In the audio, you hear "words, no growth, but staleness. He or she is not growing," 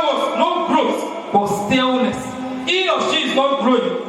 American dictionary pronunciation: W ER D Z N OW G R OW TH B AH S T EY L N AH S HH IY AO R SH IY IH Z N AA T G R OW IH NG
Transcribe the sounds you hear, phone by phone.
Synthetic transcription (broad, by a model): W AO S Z N OW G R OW S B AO S T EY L N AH S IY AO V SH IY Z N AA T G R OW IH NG